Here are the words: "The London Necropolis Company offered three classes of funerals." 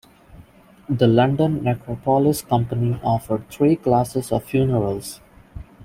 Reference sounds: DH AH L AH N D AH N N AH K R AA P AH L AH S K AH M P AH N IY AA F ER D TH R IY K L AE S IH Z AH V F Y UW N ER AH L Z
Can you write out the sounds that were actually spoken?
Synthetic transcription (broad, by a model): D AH L AH N D AH N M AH K R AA P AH L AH S K AH M P AH N IY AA F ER D T R IY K L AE S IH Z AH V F Y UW N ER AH L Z